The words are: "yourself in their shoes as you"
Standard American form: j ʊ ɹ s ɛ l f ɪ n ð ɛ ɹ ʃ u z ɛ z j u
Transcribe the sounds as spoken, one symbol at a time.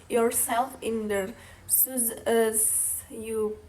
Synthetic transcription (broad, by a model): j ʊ ɹ s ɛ l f ɪ n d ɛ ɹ s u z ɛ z j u